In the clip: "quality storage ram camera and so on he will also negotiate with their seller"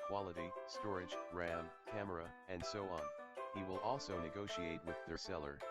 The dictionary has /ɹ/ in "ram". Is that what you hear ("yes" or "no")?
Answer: yes